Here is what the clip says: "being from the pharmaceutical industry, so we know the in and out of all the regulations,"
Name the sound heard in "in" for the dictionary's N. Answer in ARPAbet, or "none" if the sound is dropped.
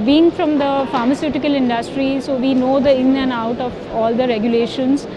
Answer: L